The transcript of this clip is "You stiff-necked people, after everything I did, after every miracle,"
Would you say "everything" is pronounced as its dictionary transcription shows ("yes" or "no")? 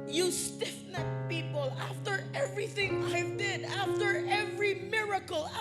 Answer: yes